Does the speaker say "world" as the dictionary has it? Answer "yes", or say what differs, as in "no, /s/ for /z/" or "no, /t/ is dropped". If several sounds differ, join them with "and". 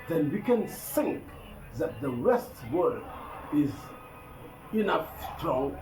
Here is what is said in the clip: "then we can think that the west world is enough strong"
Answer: no, /l/ is dropped